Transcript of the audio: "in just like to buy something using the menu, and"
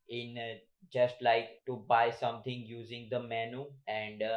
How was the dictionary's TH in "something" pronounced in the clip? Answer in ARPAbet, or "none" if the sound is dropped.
T